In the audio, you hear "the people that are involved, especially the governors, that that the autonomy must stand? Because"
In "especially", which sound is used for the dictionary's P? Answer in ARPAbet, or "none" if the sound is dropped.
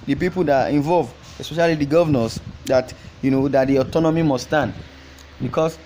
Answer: P